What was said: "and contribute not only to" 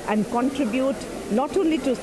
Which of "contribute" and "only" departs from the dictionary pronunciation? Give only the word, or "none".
only